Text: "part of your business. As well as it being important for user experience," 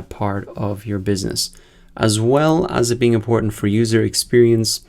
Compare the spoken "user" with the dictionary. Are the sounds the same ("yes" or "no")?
yes